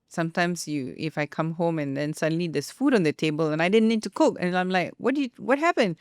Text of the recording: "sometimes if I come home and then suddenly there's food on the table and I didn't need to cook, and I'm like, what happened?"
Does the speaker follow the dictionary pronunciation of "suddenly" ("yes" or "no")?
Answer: yes